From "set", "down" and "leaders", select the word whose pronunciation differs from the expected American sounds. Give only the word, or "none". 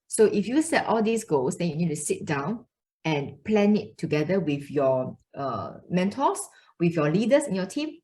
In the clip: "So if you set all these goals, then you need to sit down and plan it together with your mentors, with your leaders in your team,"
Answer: leaders